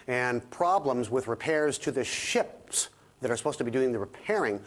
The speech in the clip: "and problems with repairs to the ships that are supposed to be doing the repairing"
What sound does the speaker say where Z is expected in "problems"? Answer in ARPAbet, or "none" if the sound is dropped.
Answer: Z